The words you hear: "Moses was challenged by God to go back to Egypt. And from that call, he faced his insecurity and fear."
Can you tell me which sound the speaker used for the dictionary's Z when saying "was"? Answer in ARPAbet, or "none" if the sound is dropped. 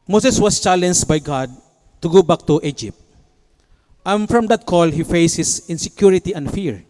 S